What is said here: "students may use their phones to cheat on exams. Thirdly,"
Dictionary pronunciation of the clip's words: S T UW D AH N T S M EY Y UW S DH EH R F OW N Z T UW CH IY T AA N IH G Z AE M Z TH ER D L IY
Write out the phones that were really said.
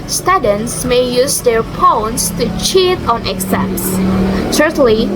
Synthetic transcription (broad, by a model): S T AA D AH N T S M EY Y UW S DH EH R P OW N S T UW CH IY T AA N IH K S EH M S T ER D L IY